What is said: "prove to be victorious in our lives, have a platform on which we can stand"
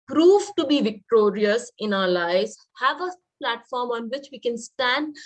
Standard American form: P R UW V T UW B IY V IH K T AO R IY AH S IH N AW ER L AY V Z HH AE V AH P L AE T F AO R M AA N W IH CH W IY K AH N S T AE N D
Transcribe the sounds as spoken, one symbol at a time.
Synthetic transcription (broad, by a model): P R UW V T UW B IY V IH K T AO R IY AH S IH N AW ER L AY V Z HH AE V AH P L AE T F AO R M AA N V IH CH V IY K AH N S T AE N D